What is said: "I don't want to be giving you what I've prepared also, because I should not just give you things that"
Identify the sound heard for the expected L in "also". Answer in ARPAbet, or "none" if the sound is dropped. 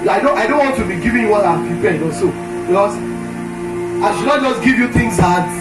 none